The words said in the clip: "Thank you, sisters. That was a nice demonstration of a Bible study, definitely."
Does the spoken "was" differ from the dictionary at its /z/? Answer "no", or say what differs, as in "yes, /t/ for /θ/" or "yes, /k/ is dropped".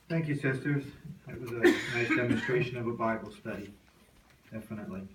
no